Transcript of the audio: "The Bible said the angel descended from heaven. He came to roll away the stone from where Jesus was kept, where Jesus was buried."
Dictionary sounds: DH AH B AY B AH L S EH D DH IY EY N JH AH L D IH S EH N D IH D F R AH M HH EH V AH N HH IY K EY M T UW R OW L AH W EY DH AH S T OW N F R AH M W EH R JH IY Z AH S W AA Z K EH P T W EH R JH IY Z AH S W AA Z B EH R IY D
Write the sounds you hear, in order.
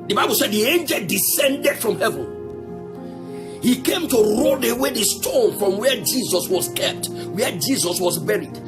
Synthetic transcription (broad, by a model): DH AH B AY B AH L S EH D DH IY EY N JH AH L D IH S EH N D IH D F R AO M HH EH V AH N HH IY K EY M T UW R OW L AH W EY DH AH S T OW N F R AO M W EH JH IY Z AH S W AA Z K EH P T W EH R JH IY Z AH S W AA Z B EH R IY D